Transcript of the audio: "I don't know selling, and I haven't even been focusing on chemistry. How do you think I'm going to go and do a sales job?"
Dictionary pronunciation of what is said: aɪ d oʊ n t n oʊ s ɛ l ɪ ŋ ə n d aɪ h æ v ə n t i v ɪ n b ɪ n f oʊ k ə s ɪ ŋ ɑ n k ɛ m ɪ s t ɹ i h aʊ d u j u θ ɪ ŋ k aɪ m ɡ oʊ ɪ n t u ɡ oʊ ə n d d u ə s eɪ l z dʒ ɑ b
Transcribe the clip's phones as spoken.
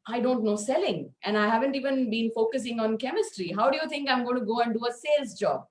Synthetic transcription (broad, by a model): aɪ d oʊ n t n oʊ s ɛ l ɪ ŋ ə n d aɪ h æ v ə n t i v ɪ n b ɪ n f oʊ k ə s ɪ ŋ ɑ n k ɛ m ɪ s t ɹ i h aʊ d u j u t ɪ ŋ k aɪ m ɡ oʊ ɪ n t u ɡ oʊ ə n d d u ə s eɪ l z dʒ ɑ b